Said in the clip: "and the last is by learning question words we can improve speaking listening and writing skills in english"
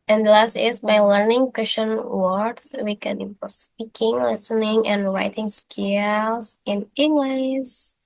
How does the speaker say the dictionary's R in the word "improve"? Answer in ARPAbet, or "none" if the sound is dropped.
none